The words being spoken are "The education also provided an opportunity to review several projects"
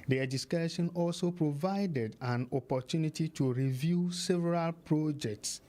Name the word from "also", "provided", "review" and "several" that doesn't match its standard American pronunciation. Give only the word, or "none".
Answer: none